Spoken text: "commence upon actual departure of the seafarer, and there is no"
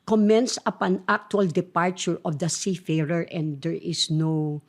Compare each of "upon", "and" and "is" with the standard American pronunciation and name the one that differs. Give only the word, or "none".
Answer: is